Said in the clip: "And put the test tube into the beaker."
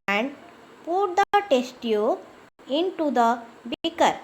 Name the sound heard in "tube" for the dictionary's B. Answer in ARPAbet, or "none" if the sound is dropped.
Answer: none